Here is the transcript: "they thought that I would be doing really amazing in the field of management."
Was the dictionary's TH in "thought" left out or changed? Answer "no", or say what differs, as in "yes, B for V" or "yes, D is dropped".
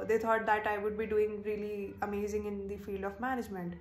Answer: yes, T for TH